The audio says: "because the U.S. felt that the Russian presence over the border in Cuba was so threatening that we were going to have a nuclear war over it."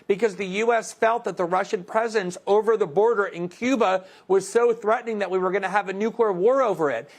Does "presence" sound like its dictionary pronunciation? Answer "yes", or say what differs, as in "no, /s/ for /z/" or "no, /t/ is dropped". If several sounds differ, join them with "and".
yes